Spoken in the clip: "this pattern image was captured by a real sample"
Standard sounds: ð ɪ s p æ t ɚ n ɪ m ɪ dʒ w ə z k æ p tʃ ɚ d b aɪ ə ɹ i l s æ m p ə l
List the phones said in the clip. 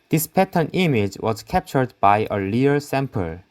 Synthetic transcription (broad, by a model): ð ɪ s p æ t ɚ n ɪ m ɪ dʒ w ə z k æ p tʃ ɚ d b aɪ ə l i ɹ s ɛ m p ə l